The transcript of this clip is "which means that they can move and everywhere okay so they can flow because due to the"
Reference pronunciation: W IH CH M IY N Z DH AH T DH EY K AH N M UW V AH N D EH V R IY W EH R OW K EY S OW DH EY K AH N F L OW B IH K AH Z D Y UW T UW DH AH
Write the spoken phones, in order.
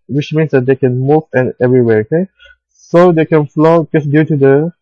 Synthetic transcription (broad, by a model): W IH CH M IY N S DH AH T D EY K AH N M UW V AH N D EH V R IY W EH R OW K EY S OW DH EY K AH N F L OW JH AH S D Y UW T UW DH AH